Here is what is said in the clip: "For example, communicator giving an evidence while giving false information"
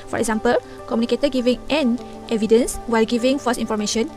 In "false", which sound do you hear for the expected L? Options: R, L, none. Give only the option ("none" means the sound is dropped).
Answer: none